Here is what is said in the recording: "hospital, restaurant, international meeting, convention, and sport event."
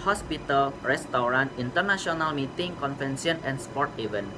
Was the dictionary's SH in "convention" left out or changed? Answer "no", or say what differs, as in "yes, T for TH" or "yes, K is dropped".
yes, S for SH